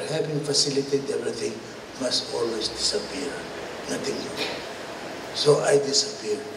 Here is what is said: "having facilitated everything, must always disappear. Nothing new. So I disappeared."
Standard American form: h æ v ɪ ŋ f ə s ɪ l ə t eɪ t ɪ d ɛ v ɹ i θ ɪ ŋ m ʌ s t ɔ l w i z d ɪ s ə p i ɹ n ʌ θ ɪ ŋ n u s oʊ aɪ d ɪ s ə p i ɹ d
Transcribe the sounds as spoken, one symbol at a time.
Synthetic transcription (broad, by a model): h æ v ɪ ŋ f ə s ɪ l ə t t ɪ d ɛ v ɹ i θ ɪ ŋ m ʌ s t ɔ l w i s d ɪ s ə p i ɹ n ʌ t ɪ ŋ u s oʊ aɪ d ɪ s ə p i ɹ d